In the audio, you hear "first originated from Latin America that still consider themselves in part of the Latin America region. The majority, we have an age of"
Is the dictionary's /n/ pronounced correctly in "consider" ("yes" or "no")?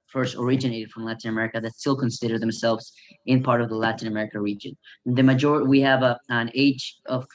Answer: yes